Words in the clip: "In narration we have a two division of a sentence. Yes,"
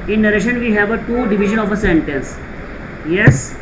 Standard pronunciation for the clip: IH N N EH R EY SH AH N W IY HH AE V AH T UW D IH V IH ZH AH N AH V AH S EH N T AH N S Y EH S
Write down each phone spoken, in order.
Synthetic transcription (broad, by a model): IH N N EH R EY SH AH N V IY HH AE V AH T UW D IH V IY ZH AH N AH F AH S EH N T AH N S Y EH S